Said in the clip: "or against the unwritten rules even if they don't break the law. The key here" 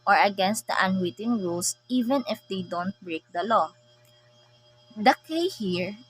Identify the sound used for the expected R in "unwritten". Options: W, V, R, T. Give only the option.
W